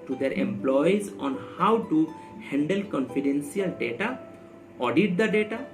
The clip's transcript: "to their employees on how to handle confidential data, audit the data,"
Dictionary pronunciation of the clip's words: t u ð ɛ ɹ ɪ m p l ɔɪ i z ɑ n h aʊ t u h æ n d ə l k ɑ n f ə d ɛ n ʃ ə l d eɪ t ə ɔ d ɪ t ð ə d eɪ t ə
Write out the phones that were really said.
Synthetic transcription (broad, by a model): t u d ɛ ɹ ɪ m p l ɔɪ i z ɑ n h aʊ t u h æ n d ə l k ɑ n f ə d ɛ n s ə l d eɪ t ə ɔ d ɪ t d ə d eɪ t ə